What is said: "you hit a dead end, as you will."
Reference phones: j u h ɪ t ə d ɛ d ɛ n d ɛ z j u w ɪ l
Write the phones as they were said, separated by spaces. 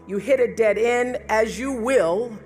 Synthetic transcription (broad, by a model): j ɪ h ɪ t ə d ɛ d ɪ n ɪ z j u w ɪ l